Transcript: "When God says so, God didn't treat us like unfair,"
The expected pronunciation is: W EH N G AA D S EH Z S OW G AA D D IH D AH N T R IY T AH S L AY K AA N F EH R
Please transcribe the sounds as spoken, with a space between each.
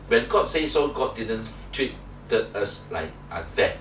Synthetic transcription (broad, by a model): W EH N G AA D S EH S OW G AA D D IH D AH N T W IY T AH S L AY K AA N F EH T